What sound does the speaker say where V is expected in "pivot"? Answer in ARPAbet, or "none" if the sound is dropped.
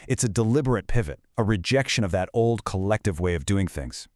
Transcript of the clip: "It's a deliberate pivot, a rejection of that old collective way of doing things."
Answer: V